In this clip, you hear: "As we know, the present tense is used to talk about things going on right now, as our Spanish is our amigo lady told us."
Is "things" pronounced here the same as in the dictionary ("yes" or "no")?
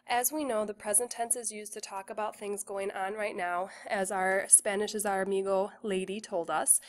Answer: yes